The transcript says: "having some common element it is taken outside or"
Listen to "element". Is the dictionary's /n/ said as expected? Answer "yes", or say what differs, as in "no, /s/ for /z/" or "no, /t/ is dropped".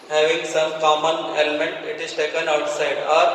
yes